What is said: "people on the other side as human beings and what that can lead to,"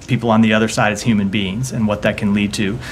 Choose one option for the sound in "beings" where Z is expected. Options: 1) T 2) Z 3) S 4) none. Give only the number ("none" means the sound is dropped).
2